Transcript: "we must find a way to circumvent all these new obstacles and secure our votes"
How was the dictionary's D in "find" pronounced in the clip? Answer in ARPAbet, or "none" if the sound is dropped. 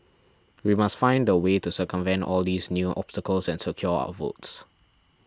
D